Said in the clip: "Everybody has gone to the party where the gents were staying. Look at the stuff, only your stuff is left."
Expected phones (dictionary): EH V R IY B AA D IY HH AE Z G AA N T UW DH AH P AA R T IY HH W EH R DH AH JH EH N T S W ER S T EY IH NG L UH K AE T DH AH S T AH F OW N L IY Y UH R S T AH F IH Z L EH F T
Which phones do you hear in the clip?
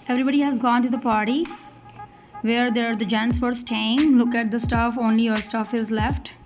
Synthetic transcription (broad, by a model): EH V R IY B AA D IY HH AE Z G AA N T UW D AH P AA R T IY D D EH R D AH JH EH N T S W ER S T EY IH NG L UH K AE T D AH S T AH F OW N L IY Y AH R S T AH F IH Z L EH F T